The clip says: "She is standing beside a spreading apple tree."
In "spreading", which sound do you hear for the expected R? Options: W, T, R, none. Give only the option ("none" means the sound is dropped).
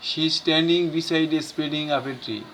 none